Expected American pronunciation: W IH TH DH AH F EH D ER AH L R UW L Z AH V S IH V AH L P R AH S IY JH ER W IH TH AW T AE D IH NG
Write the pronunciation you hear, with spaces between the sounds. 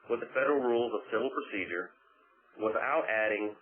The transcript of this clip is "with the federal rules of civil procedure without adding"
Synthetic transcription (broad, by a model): W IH DH AH F EH D ER L R UW L Z AH V S IH V L P R AH S IY JH ER W IH TH AW T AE D IH NG